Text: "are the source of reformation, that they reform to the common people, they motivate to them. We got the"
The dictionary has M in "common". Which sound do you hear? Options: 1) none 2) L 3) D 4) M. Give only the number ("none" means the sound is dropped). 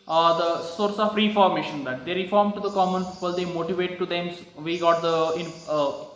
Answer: 4